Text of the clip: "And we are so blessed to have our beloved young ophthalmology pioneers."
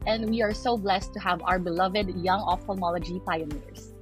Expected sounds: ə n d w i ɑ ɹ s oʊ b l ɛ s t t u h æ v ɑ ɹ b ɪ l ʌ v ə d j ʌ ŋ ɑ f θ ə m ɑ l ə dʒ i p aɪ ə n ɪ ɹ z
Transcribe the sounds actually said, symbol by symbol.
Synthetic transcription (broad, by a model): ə n d w i ɑ ɹ s oʊ b l ɛ s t t u h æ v ɑ ɹ b ɪ l ʌ v ə d j ʌ ŋ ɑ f t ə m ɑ l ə dʒ i p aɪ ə n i ɹ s